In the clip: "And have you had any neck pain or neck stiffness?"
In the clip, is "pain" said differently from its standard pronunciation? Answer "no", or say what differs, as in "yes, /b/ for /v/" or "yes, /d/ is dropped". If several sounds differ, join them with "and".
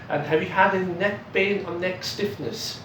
yes, /b/ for /p/